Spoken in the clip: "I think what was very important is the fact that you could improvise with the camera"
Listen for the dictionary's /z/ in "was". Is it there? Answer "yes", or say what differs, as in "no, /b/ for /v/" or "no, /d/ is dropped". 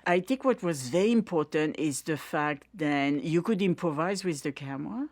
yes